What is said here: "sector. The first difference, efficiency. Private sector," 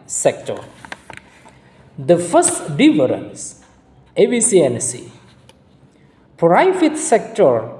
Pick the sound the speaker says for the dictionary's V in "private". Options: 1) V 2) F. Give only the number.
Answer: 2